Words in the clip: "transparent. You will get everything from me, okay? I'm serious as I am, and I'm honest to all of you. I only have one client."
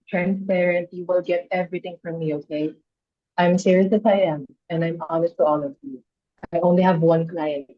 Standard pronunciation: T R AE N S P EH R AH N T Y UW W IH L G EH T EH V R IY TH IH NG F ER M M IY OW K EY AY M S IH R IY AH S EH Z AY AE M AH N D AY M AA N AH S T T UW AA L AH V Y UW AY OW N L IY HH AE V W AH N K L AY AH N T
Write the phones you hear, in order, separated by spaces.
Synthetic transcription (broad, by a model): T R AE N S P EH R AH N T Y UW W IH L G EH T EH V R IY T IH NG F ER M M IY OW K EY AY M S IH R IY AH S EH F AY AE M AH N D AY M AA N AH S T T UW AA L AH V Y UW AY OW N L IY HH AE V W AH N K L AY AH N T